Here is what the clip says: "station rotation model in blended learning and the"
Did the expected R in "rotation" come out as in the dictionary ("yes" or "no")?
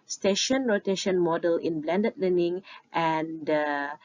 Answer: yes